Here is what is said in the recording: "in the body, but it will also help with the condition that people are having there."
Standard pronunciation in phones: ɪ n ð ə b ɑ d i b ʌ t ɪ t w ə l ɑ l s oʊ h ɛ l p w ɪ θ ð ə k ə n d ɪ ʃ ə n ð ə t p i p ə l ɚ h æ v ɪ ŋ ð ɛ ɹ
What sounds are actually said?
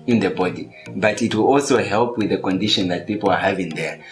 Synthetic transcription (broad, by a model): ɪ n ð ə b ɑ d i b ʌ t ɪ t w ə l ɑ l s oʊ h ɛ l p w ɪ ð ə k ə n d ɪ ʃ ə n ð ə t p i p l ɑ h æ v ɪ ŋ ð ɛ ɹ